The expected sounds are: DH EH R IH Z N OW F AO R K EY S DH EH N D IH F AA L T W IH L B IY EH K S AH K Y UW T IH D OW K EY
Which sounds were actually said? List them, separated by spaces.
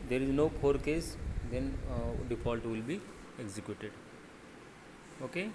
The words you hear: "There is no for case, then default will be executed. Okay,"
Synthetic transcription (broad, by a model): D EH R IH Z N OW P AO R K EY S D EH N D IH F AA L T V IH L B IY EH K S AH K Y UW T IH D OW K EY